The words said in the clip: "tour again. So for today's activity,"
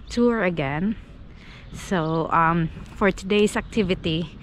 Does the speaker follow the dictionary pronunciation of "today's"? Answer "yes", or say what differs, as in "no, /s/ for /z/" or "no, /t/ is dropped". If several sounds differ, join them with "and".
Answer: no, /s/ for /z/